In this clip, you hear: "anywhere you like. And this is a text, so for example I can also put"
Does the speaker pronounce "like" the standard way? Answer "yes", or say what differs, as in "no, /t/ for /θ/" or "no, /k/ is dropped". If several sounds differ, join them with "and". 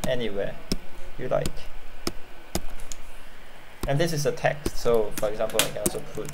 yes